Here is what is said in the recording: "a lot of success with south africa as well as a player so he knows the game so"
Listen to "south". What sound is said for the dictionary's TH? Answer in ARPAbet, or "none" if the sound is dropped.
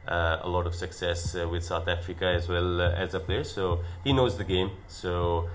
TH